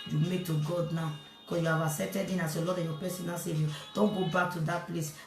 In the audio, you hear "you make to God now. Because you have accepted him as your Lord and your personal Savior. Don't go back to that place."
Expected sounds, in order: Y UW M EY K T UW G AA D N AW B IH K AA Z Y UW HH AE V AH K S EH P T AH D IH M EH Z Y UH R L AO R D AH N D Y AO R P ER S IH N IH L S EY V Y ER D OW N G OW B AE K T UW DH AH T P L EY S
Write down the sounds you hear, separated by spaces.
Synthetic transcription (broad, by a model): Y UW M EY K T UW G AA D N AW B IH K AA S Y UW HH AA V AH S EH T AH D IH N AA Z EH L AO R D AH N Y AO P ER S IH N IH S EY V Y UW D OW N G OW B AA K T UW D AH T P L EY S